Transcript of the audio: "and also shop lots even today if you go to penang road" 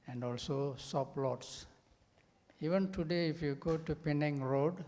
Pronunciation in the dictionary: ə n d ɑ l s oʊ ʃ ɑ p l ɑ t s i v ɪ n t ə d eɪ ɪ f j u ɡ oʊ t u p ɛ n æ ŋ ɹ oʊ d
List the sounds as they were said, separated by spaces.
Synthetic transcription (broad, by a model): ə n d ɑ l s oʊ s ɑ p l ɑ t s i v ɪ n t ə d eɪ ɪ f j u ɡ oʊ t u p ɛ n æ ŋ ɹ oʊ d